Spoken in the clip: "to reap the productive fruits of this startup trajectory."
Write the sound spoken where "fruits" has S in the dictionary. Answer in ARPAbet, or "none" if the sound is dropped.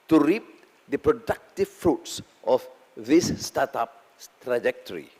S